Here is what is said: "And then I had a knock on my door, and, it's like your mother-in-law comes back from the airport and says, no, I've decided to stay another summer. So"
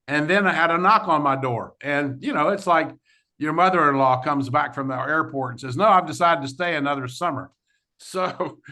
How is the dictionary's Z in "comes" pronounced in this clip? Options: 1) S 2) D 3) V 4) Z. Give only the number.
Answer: 4